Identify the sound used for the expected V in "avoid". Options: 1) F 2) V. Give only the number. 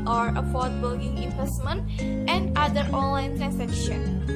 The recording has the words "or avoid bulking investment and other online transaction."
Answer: 1